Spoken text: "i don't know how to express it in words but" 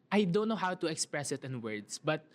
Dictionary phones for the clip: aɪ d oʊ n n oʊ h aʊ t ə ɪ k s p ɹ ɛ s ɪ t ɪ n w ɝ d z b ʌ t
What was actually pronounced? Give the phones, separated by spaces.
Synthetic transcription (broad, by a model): aɪ d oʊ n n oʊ h aʊ t ə ɪ k s p ɹ ɛ s ɪ t ɪ n w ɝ d s b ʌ t